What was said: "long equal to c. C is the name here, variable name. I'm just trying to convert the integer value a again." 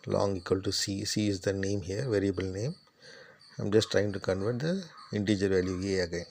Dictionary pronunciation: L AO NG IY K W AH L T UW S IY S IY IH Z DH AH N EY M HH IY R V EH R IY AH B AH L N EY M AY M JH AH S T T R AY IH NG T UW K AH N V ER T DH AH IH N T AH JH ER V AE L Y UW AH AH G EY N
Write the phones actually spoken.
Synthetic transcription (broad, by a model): L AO NG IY K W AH L T UW S IY S IY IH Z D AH N EY M HH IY R V EH R IY AH B AH L N EY M AY M JH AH S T T R AY IH NG T UW K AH N V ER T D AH IH N T AH JH ER V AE L Y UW AH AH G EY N